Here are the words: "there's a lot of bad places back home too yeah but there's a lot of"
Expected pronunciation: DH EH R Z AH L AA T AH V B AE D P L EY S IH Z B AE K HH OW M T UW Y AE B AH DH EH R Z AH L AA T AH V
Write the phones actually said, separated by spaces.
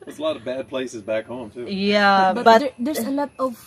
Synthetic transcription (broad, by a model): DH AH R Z AH L AA T AH V B AE D P L EY S IH Z B AE K HH OW M T UW Y AE B AH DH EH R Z AH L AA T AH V